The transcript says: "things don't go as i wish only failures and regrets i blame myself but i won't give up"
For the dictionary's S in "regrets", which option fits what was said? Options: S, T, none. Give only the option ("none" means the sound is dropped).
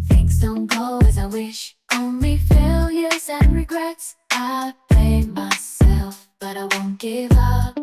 S